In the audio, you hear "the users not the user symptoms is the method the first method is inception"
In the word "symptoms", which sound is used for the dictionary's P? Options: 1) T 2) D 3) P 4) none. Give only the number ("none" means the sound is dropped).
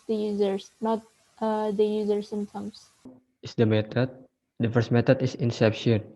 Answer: 4